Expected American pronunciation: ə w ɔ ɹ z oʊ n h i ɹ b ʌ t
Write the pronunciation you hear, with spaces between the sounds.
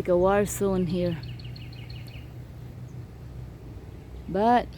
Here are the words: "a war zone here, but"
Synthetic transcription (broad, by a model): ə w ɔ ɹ s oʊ n h i ɹ b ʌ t